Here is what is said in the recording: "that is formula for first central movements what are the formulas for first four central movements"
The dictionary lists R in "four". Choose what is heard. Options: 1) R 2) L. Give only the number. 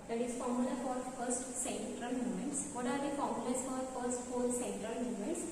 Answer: 2